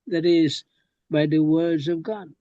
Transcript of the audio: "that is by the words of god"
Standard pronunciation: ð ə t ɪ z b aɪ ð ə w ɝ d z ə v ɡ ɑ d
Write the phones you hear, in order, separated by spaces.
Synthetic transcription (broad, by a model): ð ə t ɪ z b aɪ ð ə w ɝ d z ə v ɡ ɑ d